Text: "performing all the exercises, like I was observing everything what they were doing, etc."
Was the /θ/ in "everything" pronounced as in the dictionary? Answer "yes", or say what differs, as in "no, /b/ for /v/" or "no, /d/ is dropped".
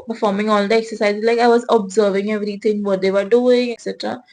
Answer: no, /t/ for /θ/